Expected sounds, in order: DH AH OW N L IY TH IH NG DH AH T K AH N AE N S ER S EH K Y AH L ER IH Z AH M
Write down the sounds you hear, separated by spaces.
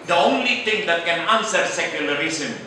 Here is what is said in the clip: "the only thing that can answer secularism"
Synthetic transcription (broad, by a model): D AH OW N L IY T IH NG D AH T K AH N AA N S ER S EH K Y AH L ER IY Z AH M